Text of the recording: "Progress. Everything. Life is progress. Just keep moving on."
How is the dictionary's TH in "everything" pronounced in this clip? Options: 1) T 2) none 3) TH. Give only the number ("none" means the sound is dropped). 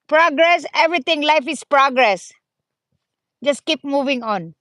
1